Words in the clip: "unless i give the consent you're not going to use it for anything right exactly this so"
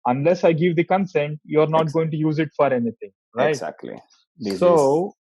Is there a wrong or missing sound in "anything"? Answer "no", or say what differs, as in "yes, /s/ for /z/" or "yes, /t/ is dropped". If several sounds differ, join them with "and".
yes, /t/ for /θ/